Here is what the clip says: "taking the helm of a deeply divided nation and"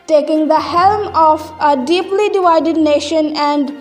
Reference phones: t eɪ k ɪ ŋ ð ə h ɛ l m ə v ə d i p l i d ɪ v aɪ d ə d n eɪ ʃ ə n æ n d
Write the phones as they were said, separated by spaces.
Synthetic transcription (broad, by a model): t eɪ k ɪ ŋ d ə h ɛ l m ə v ə d i p l i d ɪ v aɪ d ə d n eɪ ʃ ə n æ n d